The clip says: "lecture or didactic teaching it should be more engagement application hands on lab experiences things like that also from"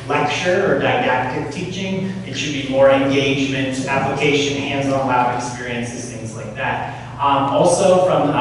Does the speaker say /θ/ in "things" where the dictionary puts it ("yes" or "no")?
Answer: yes